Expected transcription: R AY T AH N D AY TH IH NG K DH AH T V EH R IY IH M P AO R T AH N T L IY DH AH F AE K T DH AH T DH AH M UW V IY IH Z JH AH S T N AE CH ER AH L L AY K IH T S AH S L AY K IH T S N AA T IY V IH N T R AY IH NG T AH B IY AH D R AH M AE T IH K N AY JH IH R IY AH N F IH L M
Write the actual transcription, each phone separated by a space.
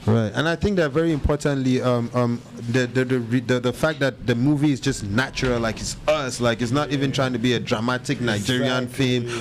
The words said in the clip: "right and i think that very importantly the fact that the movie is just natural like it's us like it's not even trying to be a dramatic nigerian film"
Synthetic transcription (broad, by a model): R AY T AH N AY TH IH NG K DH AH T V EH R IY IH M P AO R T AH N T L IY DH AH F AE K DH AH T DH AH M UW V IY IH Z JH AH S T N AE CH ER AH L L AY K IH T S AH S L AY K IH T S N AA T IY V IH N T R AY IH NG T AH B IY AH D R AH M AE T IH K N AY JH IH R IY AH N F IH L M